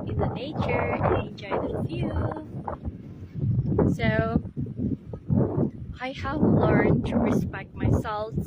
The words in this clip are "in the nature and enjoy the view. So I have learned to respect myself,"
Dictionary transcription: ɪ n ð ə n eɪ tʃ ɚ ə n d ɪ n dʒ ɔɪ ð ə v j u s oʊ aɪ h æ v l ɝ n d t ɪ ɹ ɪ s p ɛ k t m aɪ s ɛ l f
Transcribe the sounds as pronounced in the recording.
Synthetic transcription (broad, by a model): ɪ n ð ə n eɪ tʃ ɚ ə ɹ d ɪ n dʒ ɔɪ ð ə f j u s oʊ aɪ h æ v l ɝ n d t ɪ ɹ ɪ s p ɛ k t m aɪ s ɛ l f